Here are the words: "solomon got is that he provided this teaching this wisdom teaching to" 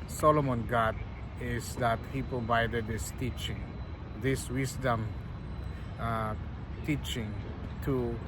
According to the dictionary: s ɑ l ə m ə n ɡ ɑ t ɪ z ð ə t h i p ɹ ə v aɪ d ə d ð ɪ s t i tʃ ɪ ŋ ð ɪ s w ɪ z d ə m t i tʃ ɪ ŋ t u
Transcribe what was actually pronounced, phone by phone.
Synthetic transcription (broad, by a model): s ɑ l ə m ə n ɡ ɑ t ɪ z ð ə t h i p ə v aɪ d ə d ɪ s t i tʃ ɪ ŋ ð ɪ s w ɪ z d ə m t i tʃ ɪ ŋ t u